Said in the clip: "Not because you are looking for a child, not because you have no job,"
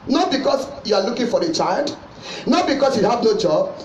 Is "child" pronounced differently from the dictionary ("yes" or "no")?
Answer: no